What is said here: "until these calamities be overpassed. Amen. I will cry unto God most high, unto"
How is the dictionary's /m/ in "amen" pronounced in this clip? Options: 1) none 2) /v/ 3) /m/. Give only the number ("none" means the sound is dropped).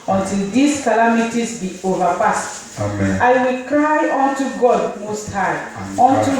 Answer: 1